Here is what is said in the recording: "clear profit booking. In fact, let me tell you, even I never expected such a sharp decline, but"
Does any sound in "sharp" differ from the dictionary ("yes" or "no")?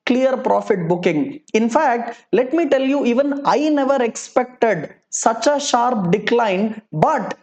no